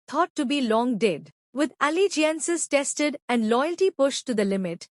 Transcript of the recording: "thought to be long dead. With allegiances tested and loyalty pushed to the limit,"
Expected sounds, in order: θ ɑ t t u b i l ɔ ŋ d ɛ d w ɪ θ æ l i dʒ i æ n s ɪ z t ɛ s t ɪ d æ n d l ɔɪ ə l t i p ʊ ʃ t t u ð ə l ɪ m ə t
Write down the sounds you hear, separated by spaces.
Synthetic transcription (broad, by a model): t ɑ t t u b i l ɔ ŋ d ɛ d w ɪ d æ l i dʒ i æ n s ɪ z t ɛ s t ɪ d æ n d l ɔɪ ə l t i p ʊ ʃ t t u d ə l ɪ m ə t